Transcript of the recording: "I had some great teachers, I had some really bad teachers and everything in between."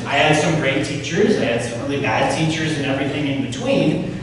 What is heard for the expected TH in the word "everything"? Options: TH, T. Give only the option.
TH